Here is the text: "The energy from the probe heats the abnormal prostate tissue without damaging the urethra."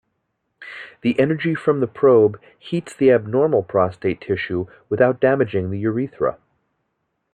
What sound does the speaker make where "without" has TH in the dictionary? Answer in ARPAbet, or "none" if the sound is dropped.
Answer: TH